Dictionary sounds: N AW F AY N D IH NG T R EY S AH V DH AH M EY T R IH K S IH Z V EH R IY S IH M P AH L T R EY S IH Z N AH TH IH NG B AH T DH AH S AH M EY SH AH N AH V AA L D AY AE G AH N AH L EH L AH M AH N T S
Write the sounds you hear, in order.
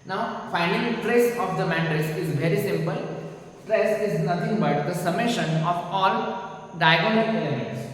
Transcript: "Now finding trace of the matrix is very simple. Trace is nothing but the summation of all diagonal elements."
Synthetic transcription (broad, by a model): N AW F AY N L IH T R EY S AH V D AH M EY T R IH S IH Z V EH R IY S IH M P AH L T R EY S IH Z N AH T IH NG B AH T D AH S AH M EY SH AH N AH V AA L D AY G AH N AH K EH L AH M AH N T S